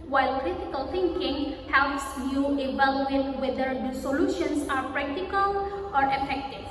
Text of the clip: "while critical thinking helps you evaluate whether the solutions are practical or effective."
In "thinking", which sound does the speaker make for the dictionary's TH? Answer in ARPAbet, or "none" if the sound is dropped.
T